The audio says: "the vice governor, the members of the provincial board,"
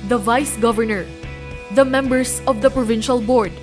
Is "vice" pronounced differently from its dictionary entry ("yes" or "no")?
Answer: no